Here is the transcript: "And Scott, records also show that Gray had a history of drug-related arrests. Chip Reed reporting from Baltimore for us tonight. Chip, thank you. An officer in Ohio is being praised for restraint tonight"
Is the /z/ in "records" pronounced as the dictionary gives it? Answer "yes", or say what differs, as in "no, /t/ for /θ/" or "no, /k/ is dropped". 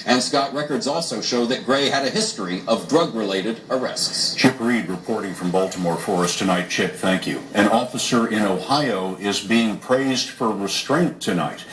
yes